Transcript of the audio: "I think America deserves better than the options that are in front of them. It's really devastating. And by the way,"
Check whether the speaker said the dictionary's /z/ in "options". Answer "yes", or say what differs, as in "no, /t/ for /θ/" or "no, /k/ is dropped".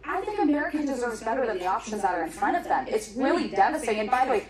yes